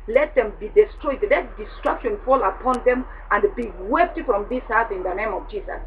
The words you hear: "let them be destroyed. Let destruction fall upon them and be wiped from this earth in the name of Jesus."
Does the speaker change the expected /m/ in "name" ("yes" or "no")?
no